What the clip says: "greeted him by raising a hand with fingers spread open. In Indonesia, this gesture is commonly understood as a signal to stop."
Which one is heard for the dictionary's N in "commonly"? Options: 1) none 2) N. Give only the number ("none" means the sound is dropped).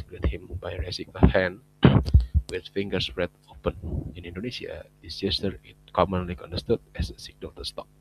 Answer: 2